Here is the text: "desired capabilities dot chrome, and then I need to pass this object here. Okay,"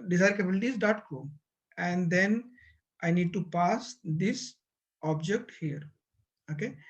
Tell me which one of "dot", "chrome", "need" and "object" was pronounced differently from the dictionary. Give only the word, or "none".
chrome